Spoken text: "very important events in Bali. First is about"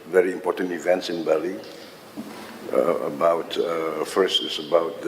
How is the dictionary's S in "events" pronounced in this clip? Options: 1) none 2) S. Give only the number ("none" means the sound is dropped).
2